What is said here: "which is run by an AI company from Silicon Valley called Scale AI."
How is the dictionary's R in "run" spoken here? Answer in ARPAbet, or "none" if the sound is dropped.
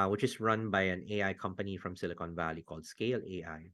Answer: R